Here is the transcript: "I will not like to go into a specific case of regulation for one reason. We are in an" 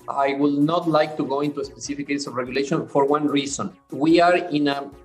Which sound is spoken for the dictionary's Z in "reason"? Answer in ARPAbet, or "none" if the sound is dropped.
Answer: S